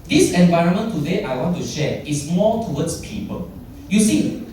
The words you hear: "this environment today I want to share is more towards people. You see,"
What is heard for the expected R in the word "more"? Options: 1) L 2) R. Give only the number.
1